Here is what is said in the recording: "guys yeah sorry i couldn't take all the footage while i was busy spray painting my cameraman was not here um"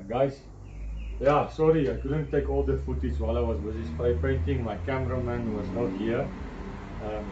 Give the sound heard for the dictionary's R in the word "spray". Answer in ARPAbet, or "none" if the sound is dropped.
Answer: none